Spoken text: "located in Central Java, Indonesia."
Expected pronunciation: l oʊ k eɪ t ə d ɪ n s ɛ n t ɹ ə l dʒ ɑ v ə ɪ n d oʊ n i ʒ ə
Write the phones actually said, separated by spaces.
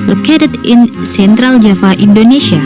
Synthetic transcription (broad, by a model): l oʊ k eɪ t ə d ɪ n s ɛ n t ɹ ə l dʒ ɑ f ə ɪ n d oʊ n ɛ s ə